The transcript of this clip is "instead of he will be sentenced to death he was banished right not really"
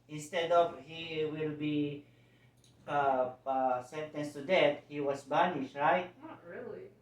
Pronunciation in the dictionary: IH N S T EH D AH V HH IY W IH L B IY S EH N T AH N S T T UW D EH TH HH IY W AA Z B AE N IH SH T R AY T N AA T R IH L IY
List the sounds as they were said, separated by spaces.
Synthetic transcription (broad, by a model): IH N S T EH D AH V HH IY W IH L B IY S EH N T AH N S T T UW D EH T HH IY W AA S B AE N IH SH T R AY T T R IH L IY